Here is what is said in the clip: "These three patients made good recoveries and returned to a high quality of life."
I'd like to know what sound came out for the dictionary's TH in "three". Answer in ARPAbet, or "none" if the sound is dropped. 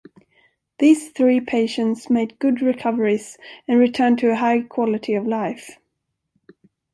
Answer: TH